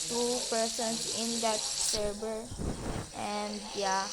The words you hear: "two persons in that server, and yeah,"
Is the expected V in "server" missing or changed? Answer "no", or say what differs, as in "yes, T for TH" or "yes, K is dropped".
yes, B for V